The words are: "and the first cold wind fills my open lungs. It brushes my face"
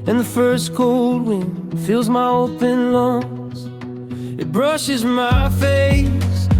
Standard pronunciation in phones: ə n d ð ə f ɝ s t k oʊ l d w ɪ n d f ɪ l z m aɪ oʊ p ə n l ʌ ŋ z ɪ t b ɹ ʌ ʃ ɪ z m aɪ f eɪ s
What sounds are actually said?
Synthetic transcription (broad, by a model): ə n ð ə f ɝ s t k oʊ l d w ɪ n f ɪ l z m aɪ oʊ p ə n l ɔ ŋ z ɪ t b ɹ ʌ ʃ ɪ z m aɪ f eɪ s